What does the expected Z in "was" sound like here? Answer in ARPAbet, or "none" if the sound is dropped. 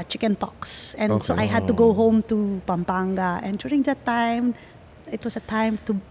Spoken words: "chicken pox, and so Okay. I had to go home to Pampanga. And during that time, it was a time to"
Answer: S